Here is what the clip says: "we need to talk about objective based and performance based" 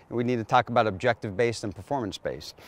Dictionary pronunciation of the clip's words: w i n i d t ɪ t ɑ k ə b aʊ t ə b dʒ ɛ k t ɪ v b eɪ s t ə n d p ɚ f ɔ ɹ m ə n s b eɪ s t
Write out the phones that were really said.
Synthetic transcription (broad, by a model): w i n i d t ɪ t ɑ k ə b aʊ t ə b dʒ ɛ k t ɪ v b eɪ s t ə n p ɚ f ɔ ɹ m ə n s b eɪ s